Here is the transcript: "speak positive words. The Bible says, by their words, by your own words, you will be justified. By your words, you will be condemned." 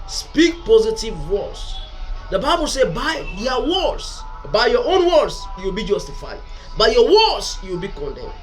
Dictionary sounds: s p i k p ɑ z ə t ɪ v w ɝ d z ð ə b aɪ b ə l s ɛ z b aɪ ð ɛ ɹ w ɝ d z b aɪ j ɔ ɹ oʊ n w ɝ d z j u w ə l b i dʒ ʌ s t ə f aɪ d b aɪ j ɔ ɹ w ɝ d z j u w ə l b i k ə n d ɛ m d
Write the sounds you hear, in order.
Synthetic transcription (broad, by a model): s p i k p ɑ z ə t ɪ v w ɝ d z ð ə b aɪ b ə l s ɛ b aɪ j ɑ w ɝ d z b aɪ j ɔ oʊ n w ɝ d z j u w ə l b i dʒ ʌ s t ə f aɪ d b aɪ j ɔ w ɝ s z j u w ə l b i k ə n d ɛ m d